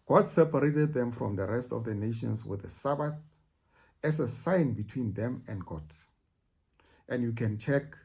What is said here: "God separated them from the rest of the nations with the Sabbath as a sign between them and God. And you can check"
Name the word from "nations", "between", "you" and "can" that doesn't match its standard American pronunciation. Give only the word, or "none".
nations